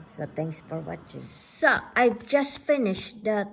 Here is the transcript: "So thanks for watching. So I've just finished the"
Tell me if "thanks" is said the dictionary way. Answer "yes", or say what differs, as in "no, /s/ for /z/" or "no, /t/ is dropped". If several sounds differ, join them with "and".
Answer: no, /t/ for /θ/